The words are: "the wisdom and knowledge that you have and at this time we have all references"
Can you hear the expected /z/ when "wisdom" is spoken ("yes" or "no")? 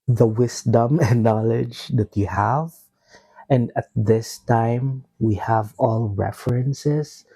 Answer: no